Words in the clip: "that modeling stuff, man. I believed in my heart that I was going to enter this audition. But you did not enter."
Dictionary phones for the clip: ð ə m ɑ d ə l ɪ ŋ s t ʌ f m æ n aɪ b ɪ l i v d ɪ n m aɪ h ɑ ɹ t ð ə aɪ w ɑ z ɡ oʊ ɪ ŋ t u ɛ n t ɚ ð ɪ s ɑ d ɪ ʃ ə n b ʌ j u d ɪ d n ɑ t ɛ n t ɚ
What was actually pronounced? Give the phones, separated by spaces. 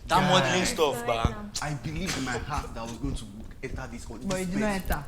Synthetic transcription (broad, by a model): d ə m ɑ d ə ɪ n s t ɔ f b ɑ aɪ b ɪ l i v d ɪ n m aɪ h ɑ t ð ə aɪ w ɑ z ɡ oʊ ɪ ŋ t u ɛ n t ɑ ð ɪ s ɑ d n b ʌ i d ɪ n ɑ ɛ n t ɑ